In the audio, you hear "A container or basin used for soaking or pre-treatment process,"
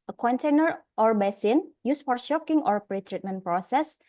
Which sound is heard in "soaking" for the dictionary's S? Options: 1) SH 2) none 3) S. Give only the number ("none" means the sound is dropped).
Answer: 1